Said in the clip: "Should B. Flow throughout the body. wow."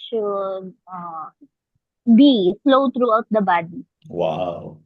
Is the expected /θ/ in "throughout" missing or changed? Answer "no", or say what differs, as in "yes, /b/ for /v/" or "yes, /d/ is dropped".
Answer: yes, /t/ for /θ/